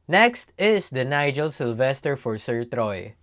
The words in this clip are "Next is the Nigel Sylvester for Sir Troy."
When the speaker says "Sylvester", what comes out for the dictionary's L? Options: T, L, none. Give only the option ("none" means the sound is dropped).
L